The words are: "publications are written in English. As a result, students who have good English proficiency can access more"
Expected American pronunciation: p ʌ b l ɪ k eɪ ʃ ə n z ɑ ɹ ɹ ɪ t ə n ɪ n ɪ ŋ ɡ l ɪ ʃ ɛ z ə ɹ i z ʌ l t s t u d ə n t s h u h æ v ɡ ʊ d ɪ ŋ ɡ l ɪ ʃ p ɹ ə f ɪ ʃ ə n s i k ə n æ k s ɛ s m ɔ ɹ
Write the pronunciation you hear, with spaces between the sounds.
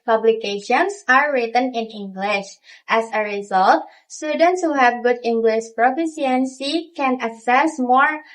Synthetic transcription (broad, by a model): p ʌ b l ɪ k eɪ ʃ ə n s ɑ ɹ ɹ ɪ t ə n ɪ n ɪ ŋ ɡ l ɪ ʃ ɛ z ə ɹ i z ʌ l t s t u d ə n t s h u h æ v ɡ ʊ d ɪ ŋ ɡ l ɪ ʃ p ɹ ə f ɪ s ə n s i k ə n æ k s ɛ s m ɔ ɹ